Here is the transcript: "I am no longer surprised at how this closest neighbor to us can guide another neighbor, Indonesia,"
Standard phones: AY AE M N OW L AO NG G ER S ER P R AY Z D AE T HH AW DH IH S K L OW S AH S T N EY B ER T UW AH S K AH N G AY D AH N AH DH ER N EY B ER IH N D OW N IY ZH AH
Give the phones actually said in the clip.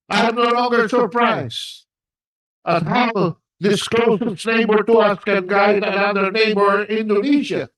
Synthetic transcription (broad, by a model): AY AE M N OW L AO NG G ER S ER P R AY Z AH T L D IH S K L OW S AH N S N EY B ER T UW AH S K AH N G AY D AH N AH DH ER N EY B ER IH N D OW N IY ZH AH